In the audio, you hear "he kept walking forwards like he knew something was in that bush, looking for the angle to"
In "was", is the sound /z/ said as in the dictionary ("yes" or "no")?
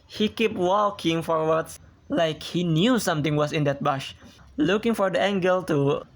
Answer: no